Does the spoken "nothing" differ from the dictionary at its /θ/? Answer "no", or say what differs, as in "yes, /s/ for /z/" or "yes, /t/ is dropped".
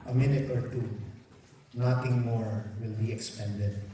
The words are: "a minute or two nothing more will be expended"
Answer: yes, /t/ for /θ/